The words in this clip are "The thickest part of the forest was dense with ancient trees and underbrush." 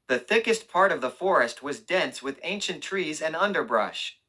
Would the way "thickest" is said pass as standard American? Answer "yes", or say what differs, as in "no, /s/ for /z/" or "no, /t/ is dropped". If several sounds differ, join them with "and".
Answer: yes